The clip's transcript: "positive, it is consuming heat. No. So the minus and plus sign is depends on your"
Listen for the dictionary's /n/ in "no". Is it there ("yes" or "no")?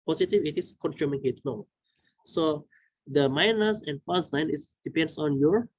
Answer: no